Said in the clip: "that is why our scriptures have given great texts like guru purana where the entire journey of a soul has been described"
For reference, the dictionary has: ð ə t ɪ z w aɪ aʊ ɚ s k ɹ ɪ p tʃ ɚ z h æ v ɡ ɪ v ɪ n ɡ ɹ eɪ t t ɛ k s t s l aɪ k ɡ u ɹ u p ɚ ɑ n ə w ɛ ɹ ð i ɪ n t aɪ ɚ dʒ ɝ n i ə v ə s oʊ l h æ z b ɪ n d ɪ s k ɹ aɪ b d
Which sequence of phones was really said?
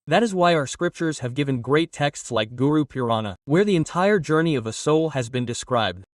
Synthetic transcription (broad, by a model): ð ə t ɪ z w aɪ aʊ ɚ s k ɹ ɪ p tʃ ɚ z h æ v ɡ ɪ v ɪ n ɡ ɹ eɪ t t ɛ k s t s l aɪ k ɡ u ɹ u p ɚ ɑ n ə w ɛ ɹ ð i ɪ n t aɪ ɚ dʒ ɝ n i ə v ə s oʊ l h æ z b ɪ n d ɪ s k ɹ aɪ b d